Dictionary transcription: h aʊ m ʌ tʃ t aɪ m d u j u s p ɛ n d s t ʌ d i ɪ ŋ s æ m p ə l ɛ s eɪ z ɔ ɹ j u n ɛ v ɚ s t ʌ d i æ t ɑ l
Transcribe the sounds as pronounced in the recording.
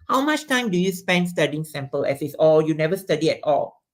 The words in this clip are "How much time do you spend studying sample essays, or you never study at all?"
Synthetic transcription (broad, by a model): h aʊ m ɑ tʃ t aɪ m d u j u s p ɛ n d s t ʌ d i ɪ ŋ s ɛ m p ə l ɛ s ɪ s ɔ l j u n ɛ v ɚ s t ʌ d i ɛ t ɑ l